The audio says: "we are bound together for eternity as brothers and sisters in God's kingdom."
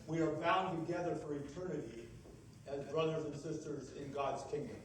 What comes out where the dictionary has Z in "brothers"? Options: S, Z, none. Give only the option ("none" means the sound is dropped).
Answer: Z